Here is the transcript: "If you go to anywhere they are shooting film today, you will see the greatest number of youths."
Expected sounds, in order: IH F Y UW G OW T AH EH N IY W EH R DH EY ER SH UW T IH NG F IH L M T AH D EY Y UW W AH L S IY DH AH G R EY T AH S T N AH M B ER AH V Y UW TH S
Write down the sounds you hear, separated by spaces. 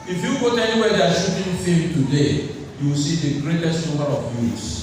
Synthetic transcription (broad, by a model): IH F Y UW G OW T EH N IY W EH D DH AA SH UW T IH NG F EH M T AH D EY Y UW W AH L S IY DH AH G R EY T AH S T N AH M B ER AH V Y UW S